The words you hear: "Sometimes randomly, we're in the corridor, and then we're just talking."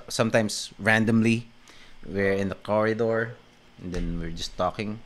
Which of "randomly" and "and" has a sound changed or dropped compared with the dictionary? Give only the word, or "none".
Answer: none